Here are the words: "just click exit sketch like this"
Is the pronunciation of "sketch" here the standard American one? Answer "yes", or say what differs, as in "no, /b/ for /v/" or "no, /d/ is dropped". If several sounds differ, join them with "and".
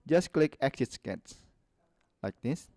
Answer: no, /s/ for /tʃ/